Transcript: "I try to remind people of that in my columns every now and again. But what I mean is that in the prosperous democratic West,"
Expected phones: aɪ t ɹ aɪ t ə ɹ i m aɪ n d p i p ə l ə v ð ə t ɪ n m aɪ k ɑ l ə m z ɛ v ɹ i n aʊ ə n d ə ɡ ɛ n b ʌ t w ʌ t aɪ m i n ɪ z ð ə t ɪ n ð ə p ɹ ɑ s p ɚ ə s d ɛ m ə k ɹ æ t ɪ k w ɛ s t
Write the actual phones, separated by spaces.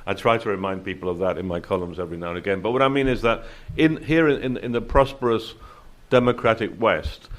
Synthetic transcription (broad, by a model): aɪ t ɹ aɪ t ə ɹ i m aɪ n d p i p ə l ə v ð ə t ɪ n m aɪ k ɑ l ə m z ɛ v ɹ i n aʊ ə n ə ɡ ɛ n b ʌ t w ʌ t aɪ m i n ɪ z ð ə t ɪ n ð ə p ɹ ɑ s p ɚ ə s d ɛ m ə k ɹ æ t ɪ k w ɛ s t